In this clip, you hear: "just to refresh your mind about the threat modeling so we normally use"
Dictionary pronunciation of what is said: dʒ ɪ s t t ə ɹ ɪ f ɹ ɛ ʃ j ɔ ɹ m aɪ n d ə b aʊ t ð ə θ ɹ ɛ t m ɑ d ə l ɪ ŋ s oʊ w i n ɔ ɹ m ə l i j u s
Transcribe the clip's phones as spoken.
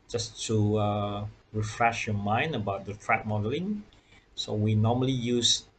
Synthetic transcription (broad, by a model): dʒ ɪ s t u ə ɹ ɪ f ɹ ɛ ʃ j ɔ m aɪ n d ə b aʊ t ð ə t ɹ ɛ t m ɑ d ə l ɪ ŋ s oʊ w i n ɔ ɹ m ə l i j u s